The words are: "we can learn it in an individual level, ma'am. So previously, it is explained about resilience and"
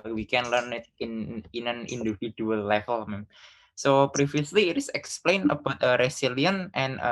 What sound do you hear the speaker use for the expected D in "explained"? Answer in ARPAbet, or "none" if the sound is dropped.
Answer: none